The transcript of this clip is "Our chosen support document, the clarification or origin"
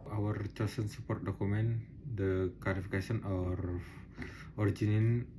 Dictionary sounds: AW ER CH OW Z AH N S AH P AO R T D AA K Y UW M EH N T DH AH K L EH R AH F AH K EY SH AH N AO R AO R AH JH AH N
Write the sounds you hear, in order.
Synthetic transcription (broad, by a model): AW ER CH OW S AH N S AH P AO R T D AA K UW M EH N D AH K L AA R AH F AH K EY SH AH N AO R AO R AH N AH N